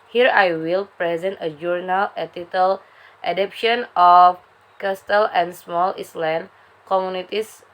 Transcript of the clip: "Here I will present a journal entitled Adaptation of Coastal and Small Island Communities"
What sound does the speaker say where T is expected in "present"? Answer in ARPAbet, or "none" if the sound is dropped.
T